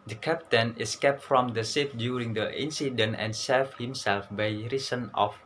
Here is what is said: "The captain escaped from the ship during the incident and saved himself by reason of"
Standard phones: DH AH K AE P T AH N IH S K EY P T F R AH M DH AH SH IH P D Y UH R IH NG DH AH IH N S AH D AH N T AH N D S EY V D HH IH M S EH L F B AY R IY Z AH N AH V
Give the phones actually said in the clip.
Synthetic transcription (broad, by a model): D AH K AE P T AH N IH S K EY P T F R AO M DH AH S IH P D Y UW R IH NG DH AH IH N S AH D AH N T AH N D S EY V HH IH M S EH L F B AY R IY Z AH N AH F